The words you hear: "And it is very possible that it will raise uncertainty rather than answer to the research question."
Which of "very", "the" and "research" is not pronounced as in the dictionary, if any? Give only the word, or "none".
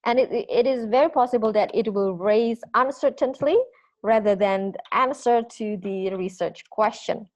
none